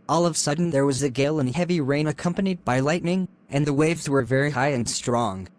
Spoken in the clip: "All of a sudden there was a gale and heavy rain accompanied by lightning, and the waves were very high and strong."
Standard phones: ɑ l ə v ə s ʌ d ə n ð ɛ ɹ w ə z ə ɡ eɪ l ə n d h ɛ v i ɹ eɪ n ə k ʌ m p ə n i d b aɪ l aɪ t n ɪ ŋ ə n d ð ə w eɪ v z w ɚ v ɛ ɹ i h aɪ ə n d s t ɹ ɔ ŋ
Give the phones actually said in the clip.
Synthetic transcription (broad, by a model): ɑ l ə v s ʌ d n ð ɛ ɹ w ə z ə ɡ eɪ l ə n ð h ɛ v i ɹ eɪ n ə k ʌ m p ə n i d b aɪ l aɪ t n ɪ ŋ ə n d ð ə w eɪ v z w ɚ v ɛ ɹ i h aɪ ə n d s t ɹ ɔ ŋ